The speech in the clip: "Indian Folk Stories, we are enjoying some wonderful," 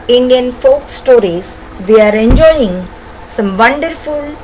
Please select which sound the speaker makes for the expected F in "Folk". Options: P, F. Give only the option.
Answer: F